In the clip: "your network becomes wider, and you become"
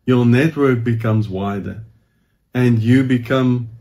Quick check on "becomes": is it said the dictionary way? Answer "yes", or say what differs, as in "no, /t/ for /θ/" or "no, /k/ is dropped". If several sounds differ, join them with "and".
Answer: yes